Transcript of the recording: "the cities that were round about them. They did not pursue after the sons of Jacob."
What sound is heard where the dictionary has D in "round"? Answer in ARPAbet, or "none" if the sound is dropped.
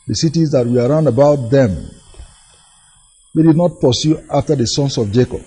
D